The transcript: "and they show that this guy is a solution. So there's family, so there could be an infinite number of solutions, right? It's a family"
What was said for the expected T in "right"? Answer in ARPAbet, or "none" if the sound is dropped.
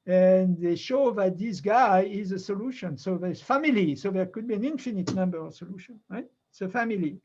none